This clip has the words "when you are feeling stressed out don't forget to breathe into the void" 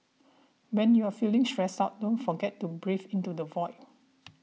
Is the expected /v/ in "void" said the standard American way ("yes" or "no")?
yes